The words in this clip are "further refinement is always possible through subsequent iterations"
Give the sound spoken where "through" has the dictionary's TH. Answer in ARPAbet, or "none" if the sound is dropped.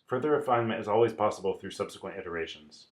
TH